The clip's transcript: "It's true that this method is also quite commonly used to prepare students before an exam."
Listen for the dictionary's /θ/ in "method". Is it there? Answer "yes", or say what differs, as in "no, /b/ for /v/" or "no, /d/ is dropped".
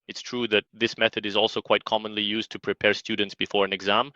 yes